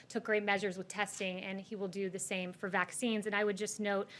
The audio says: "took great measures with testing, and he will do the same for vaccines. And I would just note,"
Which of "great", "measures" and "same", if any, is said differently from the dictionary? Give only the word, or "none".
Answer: none